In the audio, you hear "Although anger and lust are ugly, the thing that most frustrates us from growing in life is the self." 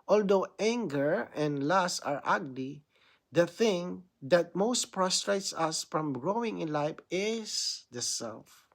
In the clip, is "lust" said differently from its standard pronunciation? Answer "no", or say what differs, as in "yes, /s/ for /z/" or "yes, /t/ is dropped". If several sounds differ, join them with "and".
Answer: yes, /t/ is dropped